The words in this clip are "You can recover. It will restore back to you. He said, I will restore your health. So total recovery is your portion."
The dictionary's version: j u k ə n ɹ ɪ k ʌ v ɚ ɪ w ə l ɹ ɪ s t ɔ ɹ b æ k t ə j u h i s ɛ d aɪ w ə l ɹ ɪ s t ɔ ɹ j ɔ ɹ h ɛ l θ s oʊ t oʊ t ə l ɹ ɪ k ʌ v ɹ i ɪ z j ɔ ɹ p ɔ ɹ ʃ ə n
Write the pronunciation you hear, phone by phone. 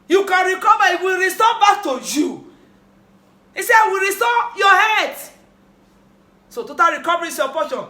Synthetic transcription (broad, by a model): j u k ə n ɹ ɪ k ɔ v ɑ ɪ w ə l ɹ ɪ s t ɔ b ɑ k t ə j u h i s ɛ aɪ w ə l ɹ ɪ s t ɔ j ɔ h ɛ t s oʊ t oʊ t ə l ɹ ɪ k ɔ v ɹ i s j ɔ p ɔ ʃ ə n